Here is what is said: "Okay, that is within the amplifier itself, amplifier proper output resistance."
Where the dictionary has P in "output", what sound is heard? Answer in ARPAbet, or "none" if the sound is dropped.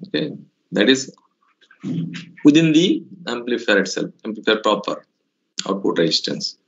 none